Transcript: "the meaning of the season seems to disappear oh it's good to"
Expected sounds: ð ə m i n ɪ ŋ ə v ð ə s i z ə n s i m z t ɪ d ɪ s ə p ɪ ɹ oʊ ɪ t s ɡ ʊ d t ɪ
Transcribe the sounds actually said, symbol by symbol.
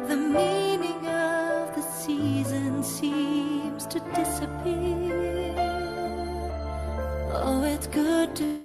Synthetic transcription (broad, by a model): ð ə m i n ɪ ŋ ə v ð ə s i z ə n s i m z t ɪ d ɪ s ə p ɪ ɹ oʊ ɪ t s ɡ ʊ d t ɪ